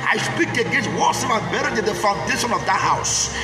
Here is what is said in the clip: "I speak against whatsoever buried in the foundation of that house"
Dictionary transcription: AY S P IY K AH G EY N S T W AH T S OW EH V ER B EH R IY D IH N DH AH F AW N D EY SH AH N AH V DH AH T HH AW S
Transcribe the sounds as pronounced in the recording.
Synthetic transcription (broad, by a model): AY S P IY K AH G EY S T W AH S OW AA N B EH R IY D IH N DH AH F AW N D EY SH AH N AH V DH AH T HH AW S